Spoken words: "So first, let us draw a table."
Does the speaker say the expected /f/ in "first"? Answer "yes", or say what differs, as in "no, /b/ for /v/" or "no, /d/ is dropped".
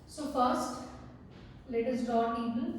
yes